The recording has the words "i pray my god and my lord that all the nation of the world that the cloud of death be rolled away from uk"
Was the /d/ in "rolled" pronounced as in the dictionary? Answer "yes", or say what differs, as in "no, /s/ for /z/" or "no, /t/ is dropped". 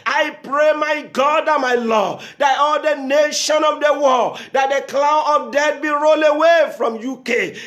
no, /d/ is dropped